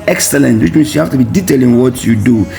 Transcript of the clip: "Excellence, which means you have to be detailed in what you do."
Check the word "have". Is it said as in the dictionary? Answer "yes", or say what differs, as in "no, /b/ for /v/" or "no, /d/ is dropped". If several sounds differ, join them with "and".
no, /f/ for /v/